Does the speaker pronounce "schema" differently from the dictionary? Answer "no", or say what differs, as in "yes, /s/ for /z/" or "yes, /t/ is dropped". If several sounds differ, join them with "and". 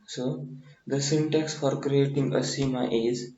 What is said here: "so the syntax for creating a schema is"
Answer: yes, /k/ is dropped